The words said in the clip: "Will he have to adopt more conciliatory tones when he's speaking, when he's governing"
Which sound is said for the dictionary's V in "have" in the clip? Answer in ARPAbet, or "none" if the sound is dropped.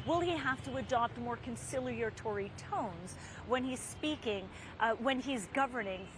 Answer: F